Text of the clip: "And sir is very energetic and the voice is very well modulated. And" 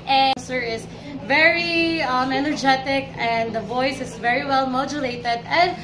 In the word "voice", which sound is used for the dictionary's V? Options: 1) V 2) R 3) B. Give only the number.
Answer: 1